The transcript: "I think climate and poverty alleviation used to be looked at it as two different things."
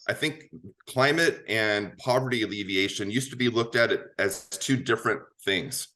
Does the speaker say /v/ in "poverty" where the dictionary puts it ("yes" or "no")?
yes